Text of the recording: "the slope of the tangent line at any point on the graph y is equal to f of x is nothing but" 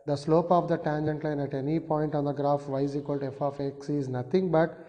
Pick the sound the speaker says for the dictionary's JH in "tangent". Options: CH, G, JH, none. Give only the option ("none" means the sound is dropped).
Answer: JH